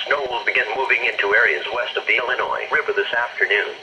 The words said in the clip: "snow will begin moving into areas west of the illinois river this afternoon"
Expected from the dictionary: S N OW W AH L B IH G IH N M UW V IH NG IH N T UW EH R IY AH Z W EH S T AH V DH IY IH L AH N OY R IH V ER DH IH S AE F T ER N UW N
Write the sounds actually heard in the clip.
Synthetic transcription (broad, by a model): S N OW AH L B IH G IH N M UW V IH NG IH N T UW EH R IY AH Z W EH S T AH V DH IY IH L AH N OY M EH B ER DH IH S AE F T ER N UW N